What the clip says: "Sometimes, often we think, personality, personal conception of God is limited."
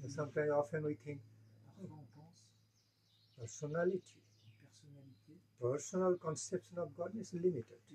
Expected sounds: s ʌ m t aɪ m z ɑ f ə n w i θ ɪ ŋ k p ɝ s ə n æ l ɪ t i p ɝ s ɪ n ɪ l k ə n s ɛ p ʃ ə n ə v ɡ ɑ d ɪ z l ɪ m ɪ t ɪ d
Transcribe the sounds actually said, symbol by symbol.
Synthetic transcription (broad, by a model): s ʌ m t aɪ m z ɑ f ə n w i t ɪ ŋ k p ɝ s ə n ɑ l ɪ t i p ɝ s ɪ n ɪ l k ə n s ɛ p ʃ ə n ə f ɡ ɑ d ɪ s l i m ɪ t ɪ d